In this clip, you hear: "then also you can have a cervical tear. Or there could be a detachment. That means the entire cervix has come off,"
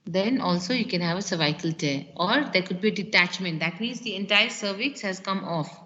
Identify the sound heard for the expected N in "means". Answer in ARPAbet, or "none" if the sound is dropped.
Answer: N